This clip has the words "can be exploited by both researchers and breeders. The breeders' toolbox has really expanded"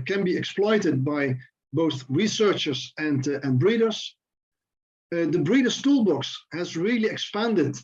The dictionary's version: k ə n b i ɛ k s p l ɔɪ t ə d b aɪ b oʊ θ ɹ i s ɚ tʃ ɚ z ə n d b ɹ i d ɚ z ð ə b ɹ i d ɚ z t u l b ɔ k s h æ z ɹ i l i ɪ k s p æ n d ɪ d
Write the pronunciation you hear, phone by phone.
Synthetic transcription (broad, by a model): k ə n b i ɛ k s p l ɔɪ t ə d b aɪ b oʊ θ ɹ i s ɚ tʃ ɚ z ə n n b ɹ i d ɚ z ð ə b ɹ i d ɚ s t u l b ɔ k s h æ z ɹ i l i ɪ k s p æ n d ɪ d